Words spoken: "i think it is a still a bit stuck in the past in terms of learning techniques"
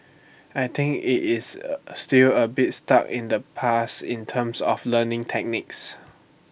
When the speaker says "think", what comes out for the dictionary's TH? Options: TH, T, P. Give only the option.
T